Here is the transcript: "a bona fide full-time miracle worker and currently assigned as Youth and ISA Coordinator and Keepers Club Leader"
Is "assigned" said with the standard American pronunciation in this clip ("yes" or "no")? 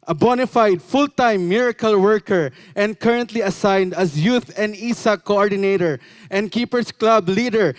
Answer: yes